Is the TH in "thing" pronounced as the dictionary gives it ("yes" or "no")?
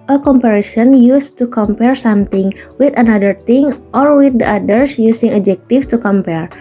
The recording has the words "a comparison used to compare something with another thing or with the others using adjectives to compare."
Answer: no